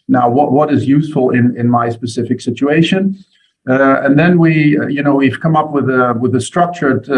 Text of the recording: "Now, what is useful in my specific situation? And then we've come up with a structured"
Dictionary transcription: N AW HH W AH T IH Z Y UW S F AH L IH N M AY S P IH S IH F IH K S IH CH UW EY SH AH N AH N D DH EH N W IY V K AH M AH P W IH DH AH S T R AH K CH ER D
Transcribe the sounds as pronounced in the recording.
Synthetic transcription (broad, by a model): N AW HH W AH T IH Z Y UW S F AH N IH N M AY S P IH S IH F IH K S IH CH UW EY SH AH N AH N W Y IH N W IY V K AH M AH P W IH DH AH S T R AH K CH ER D